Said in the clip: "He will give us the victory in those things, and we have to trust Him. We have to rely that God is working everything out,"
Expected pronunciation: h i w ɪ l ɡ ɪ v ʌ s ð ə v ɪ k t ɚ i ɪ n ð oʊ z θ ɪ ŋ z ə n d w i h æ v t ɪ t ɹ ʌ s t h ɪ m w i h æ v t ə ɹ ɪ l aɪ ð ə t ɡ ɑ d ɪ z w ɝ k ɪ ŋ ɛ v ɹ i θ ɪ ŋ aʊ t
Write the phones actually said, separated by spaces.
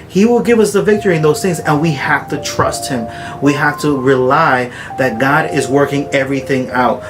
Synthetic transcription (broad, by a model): h i w ɪ l ɡ ɪ v ʌ s ð ə v ɪ k t ɚ i ɪ n ð oʊ z θ ɪ ŋ z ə n w i h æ f t ɪ t ɹ ʌ s t h ɪ m w i h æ f t ə ɹ ɪ l aɪ ð ə t ɡ ɑ d ɪ z w ɝ k ɪ ŋ ɛ v ɹ i θ ɪ ŋ aʊ t